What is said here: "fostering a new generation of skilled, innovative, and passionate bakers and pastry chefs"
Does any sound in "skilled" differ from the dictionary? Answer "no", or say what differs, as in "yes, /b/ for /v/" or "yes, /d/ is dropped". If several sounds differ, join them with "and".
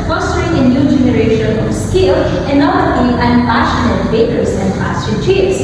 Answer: yes, /d/ is dropped